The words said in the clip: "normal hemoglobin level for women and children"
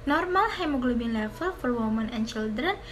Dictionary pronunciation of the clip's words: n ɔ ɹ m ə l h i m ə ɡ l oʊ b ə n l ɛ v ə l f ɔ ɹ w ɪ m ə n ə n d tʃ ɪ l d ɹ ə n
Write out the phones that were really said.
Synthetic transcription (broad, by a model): n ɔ ɹ m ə l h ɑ m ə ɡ l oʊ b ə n l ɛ f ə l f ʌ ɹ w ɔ m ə n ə n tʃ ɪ l d ɹ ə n